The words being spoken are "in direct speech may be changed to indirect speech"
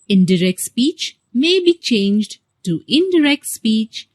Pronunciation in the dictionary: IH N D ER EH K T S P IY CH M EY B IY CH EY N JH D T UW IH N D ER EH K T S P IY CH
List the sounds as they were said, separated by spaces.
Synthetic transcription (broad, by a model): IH N D ER EH K T S P IY CH M EY B IY CH EY N JH D T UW IH N D ER EH K T S P IY CH